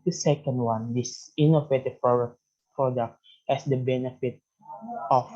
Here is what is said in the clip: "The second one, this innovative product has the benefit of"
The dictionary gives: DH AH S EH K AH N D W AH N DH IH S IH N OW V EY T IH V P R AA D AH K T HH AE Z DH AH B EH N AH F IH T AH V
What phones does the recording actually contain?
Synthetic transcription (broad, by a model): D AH S EH K AH N D W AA N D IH S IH N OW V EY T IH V P R AA D AH K T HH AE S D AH B EH N AH F IH T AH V